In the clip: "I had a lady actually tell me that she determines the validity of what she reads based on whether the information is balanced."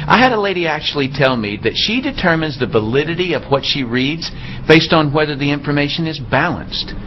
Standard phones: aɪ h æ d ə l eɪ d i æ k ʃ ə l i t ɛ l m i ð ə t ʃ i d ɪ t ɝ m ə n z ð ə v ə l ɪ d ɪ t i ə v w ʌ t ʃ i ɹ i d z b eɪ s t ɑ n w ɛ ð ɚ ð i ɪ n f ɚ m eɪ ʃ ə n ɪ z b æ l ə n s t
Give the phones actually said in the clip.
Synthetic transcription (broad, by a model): aɪ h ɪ d ə l eɪ d i æ k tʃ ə l i t ɛ l m i ð ə t ʃ i d ɪ t ɝ m ə n z ð ə v ə l ɪ d ɪ t i ə v w ʌ t ʃ i ɹ i d z b eɪ s t n w ɛ ð ɚ ð i ɪ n f ɚ m eɪ ʃ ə n ɪ z b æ l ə n s t